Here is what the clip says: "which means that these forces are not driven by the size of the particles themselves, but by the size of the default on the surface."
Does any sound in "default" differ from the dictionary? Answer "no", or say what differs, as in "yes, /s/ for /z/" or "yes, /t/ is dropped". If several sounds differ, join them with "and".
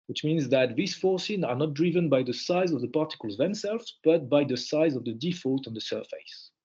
no